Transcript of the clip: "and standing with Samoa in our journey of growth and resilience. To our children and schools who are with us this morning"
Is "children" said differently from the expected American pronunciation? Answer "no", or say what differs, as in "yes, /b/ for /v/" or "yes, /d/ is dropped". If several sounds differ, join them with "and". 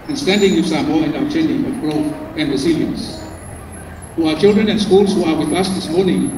no